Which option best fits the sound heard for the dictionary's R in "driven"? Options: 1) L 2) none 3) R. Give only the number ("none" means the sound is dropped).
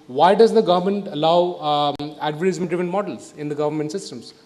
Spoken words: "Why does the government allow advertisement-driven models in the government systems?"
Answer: 2